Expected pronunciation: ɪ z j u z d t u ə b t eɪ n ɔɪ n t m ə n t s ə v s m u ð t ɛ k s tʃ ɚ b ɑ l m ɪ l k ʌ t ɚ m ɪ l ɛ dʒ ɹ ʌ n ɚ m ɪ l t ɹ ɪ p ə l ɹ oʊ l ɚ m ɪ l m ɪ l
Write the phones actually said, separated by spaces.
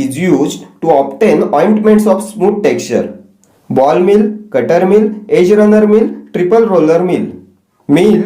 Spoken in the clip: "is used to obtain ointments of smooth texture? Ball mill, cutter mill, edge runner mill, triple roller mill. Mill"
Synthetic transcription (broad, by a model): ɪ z j u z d t u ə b t eɪ n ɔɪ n t m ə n t s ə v s m u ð t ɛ k tʃ ɚ b ɑ l m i l k ʌ t ɚ m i l ɛ dʒ ɹ ʌ n ɚ m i l t ɹ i p ə l ɹ oʊ l ɚ m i l m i l